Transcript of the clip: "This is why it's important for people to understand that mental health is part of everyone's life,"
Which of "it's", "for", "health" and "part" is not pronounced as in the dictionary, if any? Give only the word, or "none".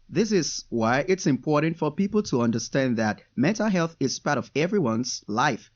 none